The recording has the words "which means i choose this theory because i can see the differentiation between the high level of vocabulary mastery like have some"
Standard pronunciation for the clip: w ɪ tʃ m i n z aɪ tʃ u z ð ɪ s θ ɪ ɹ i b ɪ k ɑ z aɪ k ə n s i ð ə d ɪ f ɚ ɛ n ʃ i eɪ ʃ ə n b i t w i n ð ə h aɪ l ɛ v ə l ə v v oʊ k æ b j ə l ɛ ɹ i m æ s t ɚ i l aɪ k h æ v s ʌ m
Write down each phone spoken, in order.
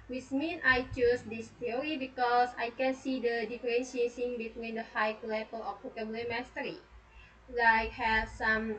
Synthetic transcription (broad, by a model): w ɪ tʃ m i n aɪ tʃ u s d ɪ s t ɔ ɹ i b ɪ k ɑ s aɪ k ə n s i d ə d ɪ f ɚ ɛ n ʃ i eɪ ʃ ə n b i t w i n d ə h aɪ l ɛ p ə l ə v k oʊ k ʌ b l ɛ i m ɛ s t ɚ i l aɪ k h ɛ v s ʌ m